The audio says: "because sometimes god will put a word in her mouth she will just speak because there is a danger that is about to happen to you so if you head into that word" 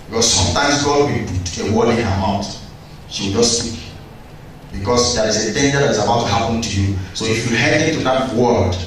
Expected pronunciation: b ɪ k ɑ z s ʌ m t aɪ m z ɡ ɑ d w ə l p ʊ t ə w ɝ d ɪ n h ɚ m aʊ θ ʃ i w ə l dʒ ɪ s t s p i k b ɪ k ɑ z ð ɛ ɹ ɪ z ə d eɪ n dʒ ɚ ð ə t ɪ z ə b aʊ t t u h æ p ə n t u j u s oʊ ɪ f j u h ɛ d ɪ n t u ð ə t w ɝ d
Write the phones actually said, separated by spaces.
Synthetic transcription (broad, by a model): b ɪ k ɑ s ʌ m t aɪ m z ɡ ɑ d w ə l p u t ə w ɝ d ɪ n h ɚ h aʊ t ʃ i w ə l dʒ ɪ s s i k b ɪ k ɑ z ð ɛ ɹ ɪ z ə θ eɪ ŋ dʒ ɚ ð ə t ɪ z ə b aʊ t t u h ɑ p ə n t u j u s oʊ ɪ f j u h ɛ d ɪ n t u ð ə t w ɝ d